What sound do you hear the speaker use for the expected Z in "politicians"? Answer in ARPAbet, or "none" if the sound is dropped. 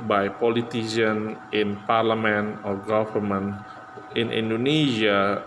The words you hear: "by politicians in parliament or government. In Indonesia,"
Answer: none